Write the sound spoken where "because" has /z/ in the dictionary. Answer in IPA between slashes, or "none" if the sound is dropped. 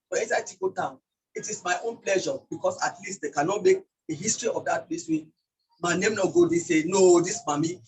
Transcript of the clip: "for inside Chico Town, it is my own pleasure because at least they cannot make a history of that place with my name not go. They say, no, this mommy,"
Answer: /s/